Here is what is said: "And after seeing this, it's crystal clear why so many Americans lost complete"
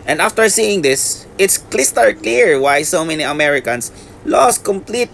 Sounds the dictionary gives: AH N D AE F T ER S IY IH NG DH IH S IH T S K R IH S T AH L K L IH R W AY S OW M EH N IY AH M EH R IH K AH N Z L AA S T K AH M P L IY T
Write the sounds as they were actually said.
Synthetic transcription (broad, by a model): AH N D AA F T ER S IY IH NG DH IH S IH T S K L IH S T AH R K L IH R W AY S OW M EH N IY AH M EH R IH K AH N S L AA S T K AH M P L IY T